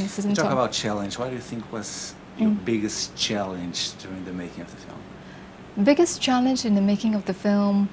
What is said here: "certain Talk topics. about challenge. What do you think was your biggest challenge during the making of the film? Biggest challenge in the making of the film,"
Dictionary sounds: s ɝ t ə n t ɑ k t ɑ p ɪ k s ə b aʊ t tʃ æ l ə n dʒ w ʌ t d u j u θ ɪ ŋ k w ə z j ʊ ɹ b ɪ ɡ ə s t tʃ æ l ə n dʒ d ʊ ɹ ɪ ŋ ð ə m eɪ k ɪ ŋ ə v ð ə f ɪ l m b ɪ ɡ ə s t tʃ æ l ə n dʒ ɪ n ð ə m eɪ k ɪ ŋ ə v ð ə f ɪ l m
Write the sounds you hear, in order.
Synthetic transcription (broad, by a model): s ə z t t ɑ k ə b aʊ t tʃ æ l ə n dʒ w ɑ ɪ d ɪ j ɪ θ ɪ ŋ k w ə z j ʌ ɹ b ɪ ɡ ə s tʃ æ l ə n dʒ d ʊ ɹ ɪ ŋ ð ə m eɪ k ɪ ŋ ə v ð ə f ɪ l m b ɪ ɡ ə s tʃ æ l ə n dʒ ɪ n ð ə m eɪ k ɪ ŋ ə v ð ə f ɪ l m